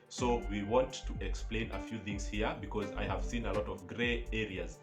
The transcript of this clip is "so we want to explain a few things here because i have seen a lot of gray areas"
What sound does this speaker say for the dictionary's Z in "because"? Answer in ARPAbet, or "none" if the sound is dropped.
Z